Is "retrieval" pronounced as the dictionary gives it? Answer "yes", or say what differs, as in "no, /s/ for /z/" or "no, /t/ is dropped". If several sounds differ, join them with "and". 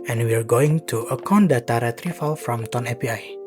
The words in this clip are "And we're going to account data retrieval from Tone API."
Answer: no, /f/ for /v/